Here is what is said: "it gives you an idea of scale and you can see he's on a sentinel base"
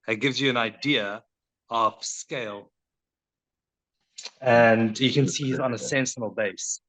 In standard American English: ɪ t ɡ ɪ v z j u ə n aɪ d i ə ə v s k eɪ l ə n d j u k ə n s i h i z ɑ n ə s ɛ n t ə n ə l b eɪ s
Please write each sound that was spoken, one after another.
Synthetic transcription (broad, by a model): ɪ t ɡ ɪ v z j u ə n aɪ d i ə ə v s k eɪ l ə n d j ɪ k ə n s i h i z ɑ n ə s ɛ n s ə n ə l b eɪ s